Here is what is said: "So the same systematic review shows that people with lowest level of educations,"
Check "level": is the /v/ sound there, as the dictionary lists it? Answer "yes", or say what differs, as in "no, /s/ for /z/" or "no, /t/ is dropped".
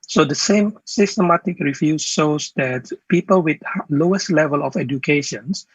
yes